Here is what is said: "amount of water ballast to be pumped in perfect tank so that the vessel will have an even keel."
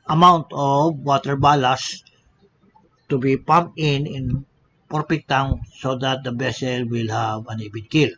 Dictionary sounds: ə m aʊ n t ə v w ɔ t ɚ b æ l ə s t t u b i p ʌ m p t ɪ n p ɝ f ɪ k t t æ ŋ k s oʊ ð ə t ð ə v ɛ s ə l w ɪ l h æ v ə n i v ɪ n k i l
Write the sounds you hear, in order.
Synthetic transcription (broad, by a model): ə m aʊ n t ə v w ɔ t ɚ b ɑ l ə s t t u b i p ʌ m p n ɪ n p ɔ p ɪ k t t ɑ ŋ s oʊ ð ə t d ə b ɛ s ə l w ɪ l h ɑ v ə n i b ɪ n k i l